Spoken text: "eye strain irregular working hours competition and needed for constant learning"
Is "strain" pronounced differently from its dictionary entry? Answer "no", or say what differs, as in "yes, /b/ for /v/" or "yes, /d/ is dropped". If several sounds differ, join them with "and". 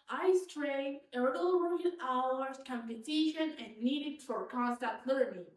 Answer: yes, /n/ is dropped